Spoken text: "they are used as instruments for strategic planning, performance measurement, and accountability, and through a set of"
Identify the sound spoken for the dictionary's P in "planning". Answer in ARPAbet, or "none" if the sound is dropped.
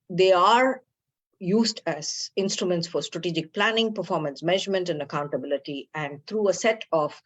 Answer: P